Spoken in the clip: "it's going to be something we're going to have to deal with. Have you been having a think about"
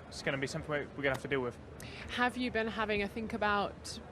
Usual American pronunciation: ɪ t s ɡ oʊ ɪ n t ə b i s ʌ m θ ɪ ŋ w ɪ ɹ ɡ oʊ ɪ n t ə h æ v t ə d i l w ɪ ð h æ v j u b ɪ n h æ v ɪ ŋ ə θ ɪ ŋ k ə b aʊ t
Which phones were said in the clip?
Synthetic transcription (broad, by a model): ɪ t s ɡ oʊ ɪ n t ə b i s ʌ m θ ɪ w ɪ w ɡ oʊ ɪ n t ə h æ f t ə d i l w ɪ ð h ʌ v j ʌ b ɪ n h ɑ v ɪ ŋ ə θ ɪ ŋ k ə b aʊ t